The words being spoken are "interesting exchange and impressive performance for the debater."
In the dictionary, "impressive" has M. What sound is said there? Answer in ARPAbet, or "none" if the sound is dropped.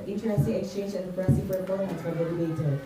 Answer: none